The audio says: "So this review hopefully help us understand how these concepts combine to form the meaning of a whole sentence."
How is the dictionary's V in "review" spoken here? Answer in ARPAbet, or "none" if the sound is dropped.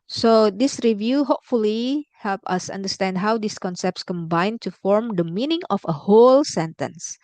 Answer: V